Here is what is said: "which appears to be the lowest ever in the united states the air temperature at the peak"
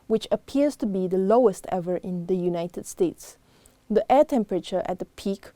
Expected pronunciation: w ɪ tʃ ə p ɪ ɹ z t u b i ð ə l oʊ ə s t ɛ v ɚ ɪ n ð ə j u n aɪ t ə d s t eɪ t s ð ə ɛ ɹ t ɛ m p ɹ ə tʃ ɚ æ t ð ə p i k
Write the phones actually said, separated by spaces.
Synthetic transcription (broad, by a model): w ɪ tʃ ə p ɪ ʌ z t u b i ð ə l oʊ ə s t ɛ v ɚ ɪ n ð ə j u n aɪ t ə d s t eɪ t s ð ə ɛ t ɛ m p ɹ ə tʃ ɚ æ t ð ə p i k